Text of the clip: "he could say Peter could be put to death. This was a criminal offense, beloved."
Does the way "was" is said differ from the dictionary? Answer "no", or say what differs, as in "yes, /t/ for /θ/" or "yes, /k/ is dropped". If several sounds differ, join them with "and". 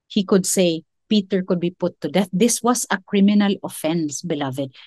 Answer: yes, /s/ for /z/